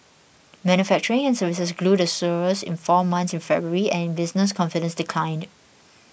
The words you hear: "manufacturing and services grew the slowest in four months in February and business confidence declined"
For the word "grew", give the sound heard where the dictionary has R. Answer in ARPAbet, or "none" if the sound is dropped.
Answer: L